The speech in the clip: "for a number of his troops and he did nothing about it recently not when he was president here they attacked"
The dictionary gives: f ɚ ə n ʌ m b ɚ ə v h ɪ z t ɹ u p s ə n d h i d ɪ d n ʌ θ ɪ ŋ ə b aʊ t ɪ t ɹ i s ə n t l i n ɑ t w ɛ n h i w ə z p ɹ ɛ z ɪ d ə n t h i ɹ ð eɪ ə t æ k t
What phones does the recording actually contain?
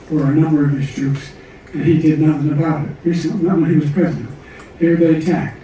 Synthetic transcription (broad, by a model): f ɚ ə n ʌ m b ɚ ə v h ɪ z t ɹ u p s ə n i d ɪ d n ʌ θ ɪ ŋ ə b aʊ t ɪ t ɹ i s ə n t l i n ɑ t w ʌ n h i w ə z p ɹ ɛ z ɪ d ə n t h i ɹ ð eɪ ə t æ k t